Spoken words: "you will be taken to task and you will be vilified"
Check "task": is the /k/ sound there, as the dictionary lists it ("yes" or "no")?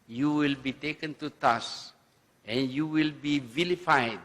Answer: no